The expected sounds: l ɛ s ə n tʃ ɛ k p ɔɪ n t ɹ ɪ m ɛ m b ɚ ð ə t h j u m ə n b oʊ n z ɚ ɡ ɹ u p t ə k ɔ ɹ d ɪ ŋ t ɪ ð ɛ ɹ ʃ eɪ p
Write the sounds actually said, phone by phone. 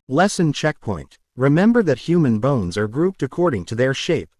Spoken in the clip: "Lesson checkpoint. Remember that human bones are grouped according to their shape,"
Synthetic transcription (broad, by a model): l ɛ s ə n tʃ ɛ k p ɔɪ n t ɹ ɪ m ɛ m b ɚ ð ə t h j u m ə n b oʊ n z ɚ ɡ ɹ u p t ə k ɔ ɹ d ɪ ŋ t ɪ ð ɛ ɹ ʃ eɪ p